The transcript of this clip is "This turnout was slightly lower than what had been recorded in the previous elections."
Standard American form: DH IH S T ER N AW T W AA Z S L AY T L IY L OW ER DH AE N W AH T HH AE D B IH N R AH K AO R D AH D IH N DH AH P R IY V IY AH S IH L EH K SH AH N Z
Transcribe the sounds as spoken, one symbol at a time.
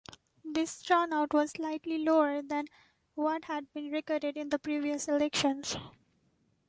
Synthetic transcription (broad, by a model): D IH S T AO N AW T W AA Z S L AY T L IY L OW ER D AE N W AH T HH AE D B IH N R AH K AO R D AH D IH N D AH P R IY V IY AH S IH L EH K SH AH N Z